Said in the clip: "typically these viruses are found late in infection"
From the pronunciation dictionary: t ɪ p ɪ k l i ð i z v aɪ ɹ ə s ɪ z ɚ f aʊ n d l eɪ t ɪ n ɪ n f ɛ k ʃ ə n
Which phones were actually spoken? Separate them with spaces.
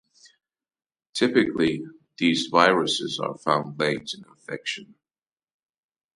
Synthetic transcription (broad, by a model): t ɪ p ɪ k l i ð i z v aɪ ɹ ə s ɪ z ɚ f aʊ n d l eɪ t ɪ n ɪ f ɛ k ʃ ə n